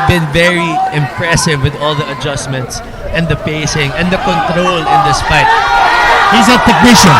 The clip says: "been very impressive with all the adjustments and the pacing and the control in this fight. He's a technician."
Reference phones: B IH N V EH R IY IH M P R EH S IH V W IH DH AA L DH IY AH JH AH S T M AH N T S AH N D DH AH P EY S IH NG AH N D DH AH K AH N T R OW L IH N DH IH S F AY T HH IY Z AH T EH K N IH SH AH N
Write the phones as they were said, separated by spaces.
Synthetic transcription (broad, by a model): B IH N V EH R IY IH M P R EH S IH V W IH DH AA L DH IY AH JH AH S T M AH N T S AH N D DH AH P EY S IH NG AH N D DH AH K AH N T R OW L IH N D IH S P AY T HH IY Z AH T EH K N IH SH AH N